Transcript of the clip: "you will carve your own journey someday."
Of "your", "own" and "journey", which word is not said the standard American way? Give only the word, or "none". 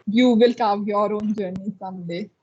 none